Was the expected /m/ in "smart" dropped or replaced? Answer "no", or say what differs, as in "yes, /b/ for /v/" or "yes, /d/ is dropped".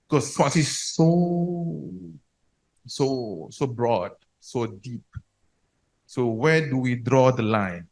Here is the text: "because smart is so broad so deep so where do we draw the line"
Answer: yes, /m/ is dropped